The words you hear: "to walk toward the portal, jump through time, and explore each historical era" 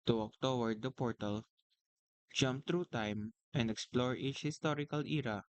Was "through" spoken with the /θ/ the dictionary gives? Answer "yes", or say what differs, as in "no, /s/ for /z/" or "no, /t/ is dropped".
no, /t/ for /θ/